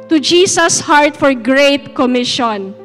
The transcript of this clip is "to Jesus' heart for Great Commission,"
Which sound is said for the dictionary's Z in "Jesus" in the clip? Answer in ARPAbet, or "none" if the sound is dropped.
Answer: S